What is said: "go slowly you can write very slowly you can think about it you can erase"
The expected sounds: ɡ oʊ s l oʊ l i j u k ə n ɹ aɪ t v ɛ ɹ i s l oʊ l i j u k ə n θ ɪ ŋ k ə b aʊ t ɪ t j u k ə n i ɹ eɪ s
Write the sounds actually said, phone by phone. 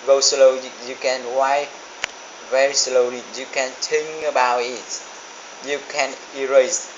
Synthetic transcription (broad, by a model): ɡ oʊ s l oʊ i j u k ə n w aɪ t v ɛ ɹ i s l oʊ l i j u k ə n t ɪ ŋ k ə b aʊ t ɪ t j u k ə n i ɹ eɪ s